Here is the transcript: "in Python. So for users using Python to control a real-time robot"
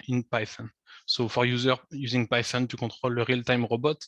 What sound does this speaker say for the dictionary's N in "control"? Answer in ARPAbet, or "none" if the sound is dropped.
none